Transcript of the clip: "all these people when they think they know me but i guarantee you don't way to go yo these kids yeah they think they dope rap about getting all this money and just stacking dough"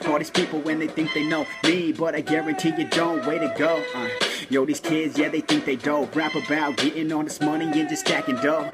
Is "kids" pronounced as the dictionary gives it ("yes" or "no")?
yes